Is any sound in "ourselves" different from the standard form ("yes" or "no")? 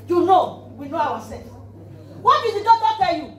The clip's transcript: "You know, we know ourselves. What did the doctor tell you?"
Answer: yes